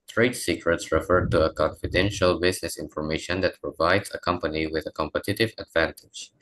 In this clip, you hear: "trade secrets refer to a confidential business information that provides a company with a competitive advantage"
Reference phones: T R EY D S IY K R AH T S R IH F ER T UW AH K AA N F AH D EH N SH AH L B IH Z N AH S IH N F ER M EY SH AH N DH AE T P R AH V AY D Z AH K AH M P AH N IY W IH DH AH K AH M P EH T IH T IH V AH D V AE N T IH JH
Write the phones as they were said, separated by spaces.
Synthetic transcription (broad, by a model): T R EY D S IY K R AH T S R IH F ER T UW AH K AA N F AH D EH N SH AH L B IH Z N AH S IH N F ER M EY SH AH N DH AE T P R AH V AY D Z AH K AH M P AH N IY W IH DH AH K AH M P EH T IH T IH V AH D V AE N T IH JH